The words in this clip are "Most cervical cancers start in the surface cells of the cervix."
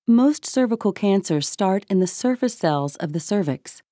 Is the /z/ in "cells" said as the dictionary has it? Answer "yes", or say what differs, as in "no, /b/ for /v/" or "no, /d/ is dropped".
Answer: yes